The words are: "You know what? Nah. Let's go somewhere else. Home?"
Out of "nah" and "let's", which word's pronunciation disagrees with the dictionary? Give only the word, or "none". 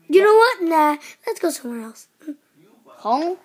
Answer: none